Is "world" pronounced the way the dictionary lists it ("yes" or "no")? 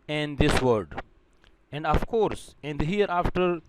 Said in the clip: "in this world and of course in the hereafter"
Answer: no